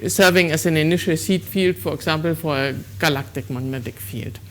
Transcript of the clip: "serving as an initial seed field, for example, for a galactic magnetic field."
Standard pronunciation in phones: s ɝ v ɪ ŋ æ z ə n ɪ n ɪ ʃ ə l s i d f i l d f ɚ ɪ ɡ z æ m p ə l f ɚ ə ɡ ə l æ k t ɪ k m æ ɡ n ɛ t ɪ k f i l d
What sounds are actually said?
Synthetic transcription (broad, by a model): s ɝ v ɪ ŋ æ s ə n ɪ n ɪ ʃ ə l s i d f i l d f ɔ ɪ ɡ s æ m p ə l f ə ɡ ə l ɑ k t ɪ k m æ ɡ n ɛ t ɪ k f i l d